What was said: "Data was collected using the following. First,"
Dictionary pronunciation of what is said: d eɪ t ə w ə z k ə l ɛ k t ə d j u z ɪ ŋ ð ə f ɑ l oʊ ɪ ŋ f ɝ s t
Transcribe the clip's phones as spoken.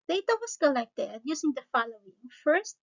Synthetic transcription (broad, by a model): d eɪ t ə w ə s k ə l ɛ k t ə d j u s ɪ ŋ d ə f ɑ l oʊ ɪ ŋ f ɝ s t